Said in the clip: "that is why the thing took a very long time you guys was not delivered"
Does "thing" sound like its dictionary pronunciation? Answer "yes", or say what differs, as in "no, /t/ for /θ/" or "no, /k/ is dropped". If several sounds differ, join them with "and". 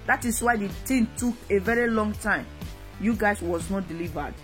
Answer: no, /t/ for /θ/